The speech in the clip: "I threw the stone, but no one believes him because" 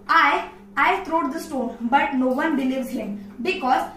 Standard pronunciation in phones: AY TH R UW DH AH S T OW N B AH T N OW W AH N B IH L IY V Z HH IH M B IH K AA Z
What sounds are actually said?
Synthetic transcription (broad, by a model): AY T R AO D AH S T OW N B AH T N OW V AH N B IH L IY V Z HH IH M B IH K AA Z